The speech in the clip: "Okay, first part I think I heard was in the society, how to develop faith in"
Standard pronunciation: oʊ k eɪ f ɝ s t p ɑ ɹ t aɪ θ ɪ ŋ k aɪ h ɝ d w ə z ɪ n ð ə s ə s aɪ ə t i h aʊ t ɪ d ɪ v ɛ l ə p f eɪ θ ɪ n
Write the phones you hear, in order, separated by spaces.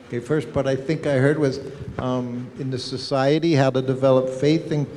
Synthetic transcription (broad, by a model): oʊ k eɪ f ɝ s t b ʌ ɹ t aɪ θ ɪ ŋ k aɪ h ɝ d w ə z ɪ n ð ə s ə s aɪ ə t i h aʊ t ɪ d ɪ v ɛ l ə p f eɪ θ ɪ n